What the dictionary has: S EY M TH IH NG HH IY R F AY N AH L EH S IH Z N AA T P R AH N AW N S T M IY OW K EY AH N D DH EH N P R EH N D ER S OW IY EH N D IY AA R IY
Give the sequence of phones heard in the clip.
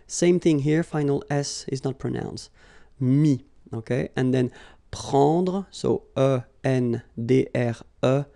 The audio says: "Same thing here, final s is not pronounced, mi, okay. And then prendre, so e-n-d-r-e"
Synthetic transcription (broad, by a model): S EY M TH IH NG HH IY R F AY N AH L EH S IH Z N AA T P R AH N AW N S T M IY OW K EY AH N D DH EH N P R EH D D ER S OW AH EH N D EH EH R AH